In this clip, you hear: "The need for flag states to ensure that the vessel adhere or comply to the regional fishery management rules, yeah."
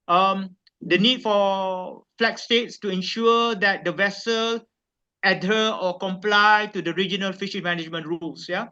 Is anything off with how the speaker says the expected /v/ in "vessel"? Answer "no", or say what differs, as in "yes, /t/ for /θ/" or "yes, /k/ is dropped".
no